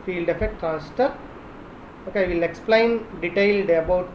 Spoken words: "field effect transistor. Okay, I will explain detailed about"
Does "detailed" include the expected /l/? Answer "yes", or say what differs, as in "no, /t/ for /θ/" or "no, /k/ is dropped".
yes